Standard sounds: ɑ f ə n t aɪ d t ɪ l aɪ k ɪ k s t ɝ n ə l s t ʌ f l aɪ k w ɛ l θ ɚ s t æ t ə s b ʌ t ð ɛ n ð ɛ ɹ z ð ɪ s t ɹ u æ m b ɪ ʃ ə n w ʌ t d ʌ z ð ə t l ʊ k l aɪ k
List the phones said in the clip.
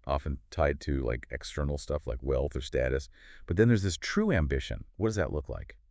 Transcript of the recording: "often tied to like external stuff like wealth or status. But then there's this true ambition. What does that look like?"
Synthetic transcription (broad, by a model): ɑ f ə n t aɪ d t ɪ l aɪ k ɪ k s t ɝ n l s t ʌ f l aɪ k w ɛ l θ ɚ s t æ t ə s b ʌ t ð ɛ n ð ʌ ɹ z ð ɪ s t ɹ u æ m b ɪ ʃ ə n w ʌ t d ʌ z ð ə t l ʊ k l aɪ k